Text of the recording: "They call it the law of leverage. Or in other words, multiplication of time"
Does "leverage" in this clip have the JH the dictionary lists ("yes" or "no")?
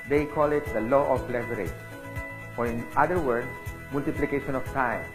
no